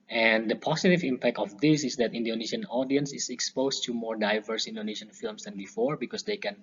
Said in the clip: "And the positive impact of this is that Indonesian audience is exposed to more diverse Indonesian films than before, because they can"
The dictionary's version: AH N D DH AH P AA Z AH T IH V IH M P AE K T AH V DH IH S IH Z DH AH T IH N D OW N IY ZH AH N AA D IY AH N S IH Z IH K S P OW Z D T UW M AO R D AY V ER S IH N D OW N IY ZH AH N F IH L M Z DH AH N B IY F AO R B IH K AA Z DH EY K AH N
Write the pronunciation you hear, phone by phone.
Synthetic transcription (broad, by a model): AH N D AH P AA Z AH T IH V IH M P AE K T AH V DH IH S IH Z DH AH T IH N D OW N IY SH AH N AA D IY AH N S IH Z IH K S P OW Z T UW M AO R D AY V ER S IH N D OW N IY SH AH N F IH L M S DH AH N B IY F AO R B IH K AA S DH EY K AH N